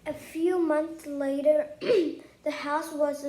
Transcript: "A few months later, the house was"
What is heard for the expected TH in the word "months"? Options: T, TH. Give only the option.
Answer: TH